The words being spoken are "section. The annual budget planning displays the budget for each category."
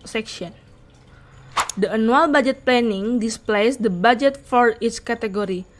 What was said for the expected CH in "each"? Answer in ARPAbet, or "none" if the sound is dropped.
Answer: S